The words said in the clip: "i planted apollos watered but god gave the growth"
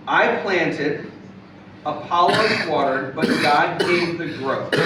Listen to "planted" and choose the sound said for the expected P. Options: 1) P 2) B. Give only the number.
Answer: 1